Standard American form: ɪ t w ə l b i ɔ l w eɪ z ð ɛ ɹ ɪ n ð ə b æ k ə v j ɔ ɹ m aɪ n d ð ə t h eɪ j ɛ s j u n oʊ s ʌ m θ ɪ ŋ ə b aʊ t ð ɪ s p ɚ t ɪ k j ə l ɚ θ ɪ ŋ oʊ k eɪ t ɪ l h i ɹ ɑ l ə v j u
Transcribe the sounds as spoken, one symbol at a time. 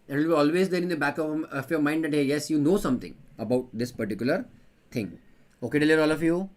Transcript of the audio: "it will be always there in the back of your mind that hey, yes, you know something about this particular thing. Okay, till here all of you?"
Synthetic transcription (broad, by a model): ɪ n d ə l b i ɔ l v eɪ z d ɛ ɹ ɪ n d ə b æ k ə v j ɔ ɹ m aɪ n d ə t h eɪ j ɛ s j u n oʊ s ʌ m t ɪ ŋ ə b aʊ t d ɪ s p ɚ t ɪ k j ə l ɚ t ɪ ŋ oʊ k eɪ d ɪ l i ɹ ɑ l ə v j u